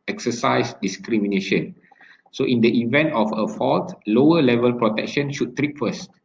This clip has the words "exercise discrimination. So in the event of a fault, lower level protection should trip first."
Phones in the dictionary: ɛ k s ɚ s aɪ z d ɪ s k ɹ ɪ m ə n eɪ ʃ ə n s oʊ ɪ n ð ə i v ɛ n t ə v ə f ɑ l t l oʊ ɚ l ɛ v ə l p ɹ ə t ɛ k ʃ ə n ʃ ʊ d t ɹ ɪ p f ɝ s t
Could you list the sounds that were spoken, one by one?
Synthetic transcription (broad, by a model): ɛ k s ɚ s aɪ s d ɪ s k ɹ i m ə n eɪ ʃ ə n s oʊ ɪ n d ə i v ɛ n t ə f ə f ɑ l t l oʊ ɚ l ɛ v ə l p ɹ ə t ɛ k ʃ ə n ʃ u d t ɹ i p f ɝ s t